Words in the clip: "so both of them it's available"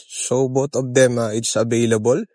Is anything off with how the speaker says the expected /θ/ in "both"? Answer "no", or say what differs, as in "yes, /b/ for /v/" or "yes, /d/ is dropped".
yes, /t/ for /θ/